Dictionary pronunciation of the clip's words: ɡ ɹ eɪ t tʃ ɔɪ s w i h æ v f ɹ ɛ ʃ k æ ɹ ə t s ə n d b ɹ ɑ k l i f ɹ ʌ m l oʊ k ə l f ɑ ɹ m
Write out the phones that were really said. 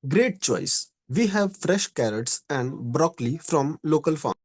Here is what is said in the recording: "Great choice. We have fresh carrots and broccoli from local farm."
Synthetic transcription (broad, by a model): ɡ ɹ eɪ t tʃ ɔɪ s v i h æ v f ɹ ɛ ʃ k æ ɹ ə t s ə n d b ɹ ɑ k l i f ɹ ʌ m l oʊ k ə l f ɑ